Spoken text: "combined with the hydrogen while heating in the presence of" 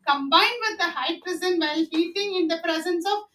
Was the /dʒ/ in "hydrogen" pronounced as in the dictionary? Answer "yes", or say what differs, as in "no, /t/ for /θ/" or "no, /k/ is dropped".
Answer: no, /z/ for /dʒ/